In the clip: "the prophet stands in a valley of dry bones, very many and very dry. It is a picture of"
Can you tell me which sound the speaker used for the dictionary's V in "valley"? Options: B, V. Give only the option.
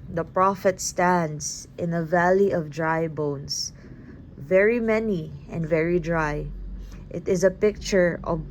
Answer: V